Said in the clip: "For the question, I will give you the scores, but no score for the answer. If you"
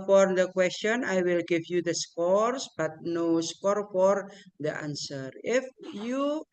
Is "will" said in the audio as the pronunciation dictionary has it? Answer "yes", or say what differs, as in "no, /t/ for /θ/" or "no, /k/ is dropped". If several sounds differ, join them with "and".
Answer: yes